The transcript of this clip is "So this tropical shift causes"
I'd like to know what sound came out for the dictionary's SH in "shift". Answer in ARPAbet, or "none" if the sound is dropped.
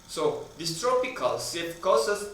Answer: S